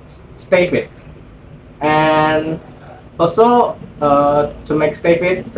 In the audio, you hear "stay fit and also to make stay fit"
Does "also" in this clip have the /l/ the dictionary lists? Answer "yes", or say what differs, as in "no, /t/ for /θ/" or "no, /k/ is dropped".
no, /l/ is dropped